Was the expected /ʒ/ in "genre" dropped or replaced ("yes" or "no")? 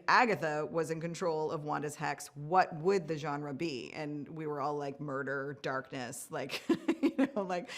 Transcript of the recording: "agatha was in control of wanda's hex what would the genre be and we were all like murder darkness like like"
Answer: no